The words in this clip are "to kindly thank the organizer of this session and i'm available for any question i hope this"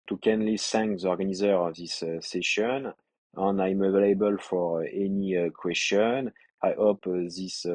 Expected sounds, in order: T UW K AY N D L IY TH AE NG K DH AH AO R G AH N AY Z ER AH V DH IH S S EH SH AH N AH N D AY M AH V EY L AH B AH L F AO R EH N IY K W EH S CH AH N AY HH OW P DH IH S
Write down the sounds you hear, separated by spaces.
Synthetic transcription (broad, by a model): T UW K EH N L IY S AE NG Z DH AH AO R G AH N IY Z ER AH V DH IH S S EH SH AH N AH N AY M AH V EY L AH B AH L F AO R EH N IY K W EH S CH AH N AY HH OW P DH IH S